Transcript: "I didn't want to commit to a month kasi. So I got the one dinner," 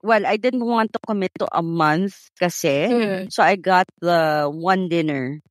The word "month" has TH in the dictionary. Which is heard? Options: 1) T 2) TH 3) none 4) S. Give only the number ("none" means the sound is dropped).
2